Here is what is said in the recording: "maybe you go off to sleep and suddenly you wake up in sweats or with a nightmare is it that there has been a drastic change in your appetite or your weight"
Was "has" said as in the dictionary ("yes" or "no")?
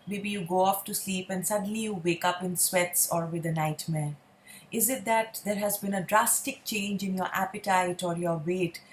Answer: yes